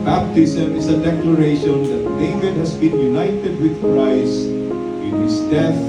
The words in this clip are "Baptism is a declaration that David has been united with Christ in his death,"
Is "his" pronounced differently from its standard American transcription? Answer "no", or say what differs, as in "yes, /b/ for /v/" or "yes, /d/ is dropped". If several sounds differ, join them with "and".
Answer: yes, /s/ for /z/